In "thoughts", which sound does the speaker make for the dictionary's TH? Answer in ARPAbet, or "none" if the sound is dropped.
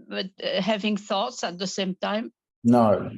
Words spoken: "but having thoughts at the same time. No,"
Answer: TH